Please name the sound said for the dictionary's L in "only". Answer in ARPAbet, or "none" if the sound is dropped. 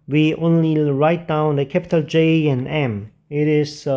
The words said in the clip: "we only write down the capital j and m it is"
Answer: L